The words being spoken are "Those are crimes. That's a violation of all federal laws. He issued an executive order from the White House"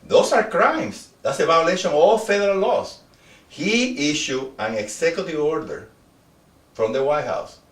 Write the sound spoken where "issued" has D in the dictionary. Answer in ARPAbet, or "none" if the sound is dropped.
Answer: none